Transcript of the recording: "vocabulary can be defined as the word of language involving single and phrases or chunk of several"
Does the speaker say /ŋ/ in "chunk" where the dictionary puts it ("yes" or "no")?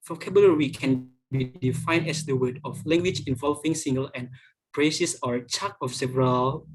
no